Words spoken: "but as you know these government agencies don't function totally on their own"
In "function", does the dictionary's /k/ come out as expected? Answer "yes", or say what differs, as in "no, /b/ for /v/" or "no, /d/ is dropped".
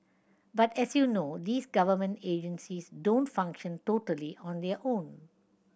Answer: yes